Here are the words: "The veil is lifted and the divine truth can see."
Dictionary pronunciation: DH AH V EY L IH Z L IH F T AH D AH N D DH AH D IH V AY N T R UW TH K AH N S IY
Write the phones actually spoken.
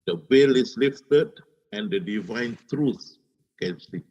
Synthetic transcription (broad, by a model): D AH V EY L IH S L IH F T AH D AH N D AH D IH V AY N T R UW S K AH N S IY